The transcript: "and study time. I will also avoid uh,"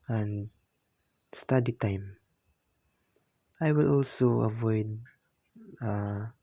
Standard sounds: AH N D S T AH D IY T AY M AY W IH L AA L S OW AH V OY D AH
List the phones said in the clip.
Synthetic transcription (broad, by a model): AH N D S T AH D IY T AY M AY W IH L AA L S OW AH V OY D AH